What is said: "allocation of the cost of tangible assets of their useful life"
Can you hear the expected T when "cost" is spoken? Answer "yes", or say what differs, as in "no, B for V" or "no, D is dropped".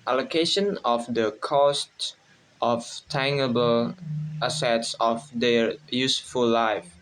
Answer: yes